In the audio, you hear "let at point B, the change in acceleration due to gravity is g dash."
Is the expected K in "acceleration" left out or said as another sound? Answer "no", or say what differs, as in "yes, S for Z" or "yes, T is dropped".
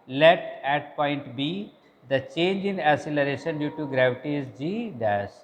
yes, K is dropped